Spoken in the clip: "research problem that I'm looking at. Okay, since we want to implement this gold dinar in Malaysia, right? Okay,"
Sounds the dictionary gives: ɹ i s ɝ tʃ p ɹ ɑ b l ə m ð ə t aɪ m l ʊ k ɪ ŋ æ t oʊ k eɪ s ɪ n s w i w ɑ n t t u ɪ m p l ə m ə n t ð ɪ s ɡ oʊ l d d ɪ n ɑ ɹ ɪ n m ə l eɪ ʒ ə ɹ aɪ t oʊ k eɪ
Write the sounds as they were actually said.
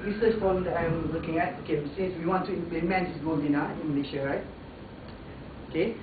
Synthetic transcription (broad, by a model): ɹ i s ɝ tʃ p ɑ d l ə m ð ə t aɪ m l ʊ k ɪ ŋ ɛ t oʊ k eɪ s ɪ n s w i w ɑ n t t u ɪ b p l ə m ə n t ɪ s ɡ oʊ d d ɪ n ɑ ɪ n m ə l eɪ ʃ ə ɹ aɪ t oʊ k eɪ